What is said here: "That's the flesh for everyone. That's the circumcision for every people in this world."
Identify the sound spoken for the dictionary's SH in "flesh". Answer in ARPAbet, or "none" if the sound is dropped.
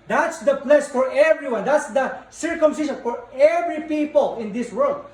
S